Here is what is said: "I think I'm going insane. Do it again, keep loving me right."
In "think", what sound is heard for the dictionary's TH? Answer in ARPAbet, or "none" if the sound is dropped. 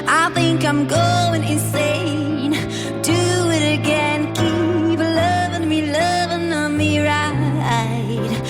TH